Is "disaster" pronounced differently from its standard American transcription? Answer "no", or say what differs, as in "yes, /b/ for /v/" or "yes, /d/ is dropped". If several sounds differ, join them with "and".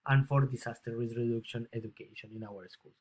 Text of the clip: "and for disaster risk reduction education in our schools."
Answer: yes, /s/ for /z/